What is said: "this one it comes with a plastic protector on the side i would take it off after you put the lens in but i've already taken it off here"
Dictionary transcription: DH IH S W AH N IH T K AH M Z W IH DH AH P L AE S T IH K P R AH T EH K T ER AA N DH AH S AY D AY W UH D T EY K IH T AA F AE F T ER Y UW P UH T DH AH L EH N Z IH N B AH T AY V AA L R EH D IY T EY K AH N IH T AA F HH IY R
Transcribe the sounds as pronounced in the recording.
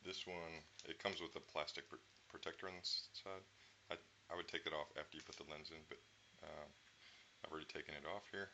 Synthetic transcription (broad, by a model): DH IH S W AH N IH T K AH M Z W IH DH AH P L AE S T IH K P R AH T EH K T ER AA N DH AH S AY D AY W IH D T EY K IH T AA F AE F T ER Y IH P UH T DH AH L EH N Z IH N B AH T AY V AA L R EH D IY T EY K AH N IH T AA F HH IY R